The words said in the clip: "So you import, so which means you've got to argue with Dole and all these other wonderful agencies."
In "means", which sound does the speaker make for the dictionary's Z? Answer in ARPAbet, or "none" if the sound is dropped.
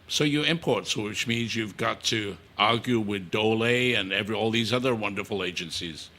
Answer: Z